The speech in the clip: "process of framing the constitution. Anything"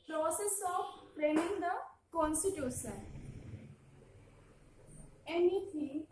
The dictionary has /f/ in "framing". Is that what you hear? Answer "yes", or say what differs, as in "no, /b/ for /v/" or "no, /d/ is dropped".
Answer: no, /p/ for /f/